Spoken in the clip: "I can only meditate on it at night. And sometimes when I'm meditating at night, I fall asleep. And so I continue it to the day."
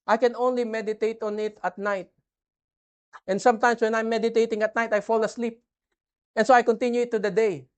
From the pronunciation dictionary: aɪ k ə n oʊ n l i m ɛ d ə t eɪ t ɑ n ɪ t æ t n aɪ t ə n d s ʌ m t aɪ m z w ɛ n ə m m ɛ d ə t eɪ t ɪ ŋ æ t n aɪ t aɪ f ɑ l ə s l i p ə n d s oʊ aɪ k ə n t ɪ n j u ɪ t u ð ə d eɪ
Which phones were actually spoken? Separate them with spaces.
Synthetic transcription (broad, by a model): aɪ k ə n oʊ n l i m ɛ d ə t eɪ t ɑ n ɪ t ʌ t n aɪ t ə n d s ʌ m t aɪ m s w ɛ n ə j m ɛ d ə t eɪ t ɪ ŋ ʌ t n aɪ t aɪ f ɑ l ə s l i p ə n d s oʊ aɪ k ə n t ɪ n j u ɪ t u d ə d eɪ